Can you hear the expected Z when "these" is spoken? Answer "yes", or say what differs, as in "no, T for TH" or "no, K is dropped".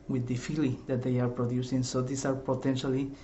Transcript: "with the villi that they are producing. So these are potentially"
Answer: no, S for Z